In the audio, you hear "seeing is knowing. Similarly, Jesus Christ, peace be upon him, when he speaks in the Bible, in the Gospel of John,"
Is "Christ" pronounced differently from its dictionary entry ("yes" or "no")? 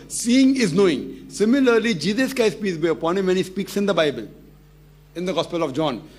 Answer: yes